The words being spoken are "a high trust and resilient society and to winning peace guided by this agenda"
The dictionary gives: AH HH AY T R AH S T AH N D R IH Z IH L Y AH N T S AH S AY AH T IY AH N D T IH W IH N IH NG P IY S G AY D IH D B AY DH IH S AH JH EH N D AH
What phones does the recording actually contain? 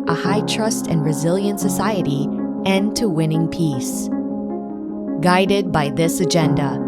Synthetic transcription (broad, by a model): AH HH AY T R AH S T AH N R IH Z IH L Y AH N T S AH S AY AH T IY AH N T IH W IH N IH NG P IY S G AY D IH D B AY DH IH S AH JH EH N D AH